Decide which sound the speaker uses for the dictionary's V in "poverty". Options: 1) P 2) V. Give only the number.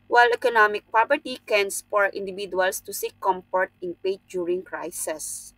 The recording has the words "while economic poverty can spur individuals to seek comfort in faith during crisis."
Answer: 1